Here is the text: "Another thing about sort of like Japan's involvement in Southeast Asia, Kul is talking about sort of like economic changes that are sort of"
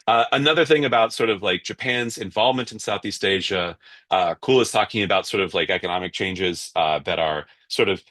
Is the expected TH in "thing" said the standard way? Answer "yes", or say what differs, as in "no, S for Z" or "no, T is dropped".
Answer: yes